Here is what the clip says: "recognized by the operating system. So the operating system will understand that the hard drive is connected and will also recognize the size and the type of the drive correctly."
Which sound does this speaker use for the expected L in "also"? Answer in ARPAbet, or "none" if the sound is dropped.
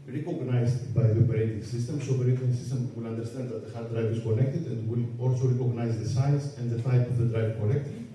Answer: L